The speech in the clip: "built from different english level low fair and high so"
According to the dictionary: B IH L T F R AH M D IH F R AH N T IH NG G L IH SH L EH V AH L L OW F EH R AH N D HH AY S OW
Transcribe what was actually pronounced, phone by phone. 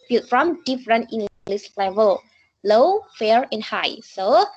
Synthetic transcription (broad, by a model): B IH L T F R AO M D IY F R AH N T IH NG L L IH S L EH V AH L L OW F EH R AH N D HH AY S OW